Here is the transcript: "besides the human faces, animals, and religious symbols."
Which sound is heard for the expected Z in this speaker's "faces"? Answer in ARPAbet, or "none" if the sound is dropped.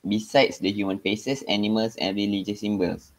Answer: S